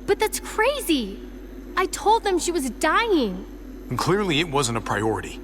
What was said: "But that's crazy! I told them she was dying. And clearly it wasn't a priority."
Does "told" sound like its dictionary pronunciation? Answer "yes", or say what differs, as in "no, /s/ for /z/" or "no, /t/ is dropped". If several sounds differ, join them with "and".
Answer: yes